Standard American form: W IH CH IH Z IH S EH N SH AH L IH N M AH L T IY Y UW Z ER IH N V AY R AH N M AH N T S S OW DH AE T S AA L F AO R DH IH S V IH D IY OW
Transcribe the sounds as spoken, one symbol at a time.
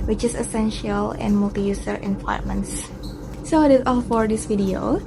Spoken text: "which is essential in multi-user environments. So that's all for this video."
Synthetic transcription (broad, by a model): W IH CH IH S IH S EH N SH AH L IH N M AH L T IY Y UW S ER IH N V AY AH M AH N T S S OW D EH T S AA L F AO R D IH S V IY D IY OW